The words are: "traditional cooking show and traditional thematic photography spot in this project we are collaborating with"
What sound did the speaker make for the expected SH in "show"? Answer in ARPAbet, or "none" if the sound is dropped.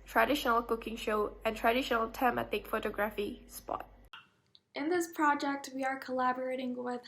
SH